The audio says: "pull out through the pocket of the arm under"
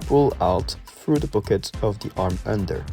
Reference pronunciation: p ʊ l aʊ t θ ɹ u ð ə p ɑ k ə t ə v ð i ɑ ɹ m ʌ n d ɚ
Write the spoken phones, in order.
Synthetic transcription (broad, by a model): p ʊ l aʊ t θ ɹ u ð ə b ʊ k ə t ə v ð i ɑ ɹ m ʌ n d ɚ